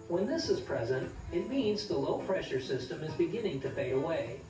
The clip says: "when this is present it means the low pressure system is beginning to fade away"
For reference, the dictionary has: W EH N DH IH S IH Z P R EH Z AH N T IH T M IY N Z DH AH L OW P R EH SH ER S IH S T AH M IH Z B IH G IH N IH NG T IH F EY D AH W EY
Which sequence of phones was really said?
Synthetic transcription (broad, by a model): W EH N DH IH S IH Z P R EH Z AH N T IH T M IY N Z DH AH L OW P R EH SH ER S IH S T AH M IH Z B IH G IH N IH NG T IH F EY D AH W EY